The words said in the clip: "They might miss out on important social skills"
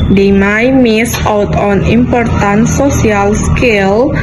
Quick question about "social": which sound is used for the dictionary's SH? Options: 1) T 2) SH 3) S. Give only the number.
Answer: 3